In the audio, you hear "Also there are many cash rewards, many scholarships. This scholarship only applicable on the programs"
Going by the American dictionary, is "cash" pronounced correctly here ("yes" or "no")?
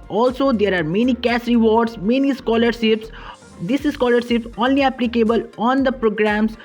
no